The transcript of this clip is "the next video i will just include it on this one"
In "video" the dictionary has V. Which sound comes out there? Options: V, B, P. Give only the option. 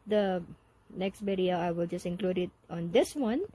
B